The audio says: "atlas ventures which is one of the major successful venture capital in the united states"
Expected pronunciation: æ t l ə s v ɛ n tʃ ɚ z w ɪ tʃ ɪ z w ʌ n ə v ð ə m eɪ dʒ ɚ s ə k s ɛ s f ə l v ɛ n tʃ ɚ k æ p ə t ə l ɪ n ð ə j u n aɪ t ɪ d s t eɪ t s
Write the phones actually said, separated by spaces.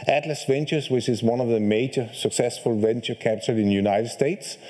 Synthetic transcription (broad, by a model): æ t l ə s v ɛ n tʃ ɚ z w ɪ tʃ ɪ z w ʌ n ə v ð ə m eɪ dʒ ɚ s ə k s ɛ s f ə l v ɛ n tʃ ɚ k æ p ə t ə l ɪ n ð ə j u n aɪ t ɪ d s t eɪ t s